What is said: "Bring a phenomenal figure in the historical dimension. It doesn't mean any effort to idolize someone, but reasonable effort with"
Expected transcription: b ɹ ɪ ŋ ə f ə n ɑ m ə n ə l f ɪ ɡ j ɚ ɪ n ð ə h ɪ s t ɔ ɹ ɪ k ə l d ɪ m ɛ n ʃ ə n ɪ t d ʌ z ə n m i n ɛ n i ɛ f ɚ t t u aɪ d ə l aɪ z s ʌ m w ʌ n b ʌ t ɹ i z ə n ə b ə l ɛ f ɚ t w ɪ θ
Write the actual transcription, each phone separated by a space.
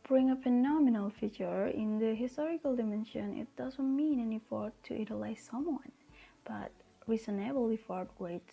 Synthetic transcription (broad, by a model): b ɹ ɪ ŋ ə f ə n ɑ m ə n ə l f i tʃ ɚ ɪ n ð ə h ɪ s t ɔ ɹ ɪ k ə l d ɪ m ɛ n ʃ ə n ɪ t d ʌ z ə n m i n ɛ n i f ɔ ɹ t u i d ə l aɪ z s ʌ m w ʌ n b ʌ t ɹ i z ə n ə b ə l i f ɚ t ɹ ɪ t